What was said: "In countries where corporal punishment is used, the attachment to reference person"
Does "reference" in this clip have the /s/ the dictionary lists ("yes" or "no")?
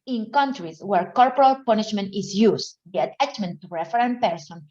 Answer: no